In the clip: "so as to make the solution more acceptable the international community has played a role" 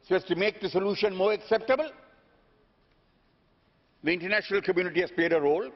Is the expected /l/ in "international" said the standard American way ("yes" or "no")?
yes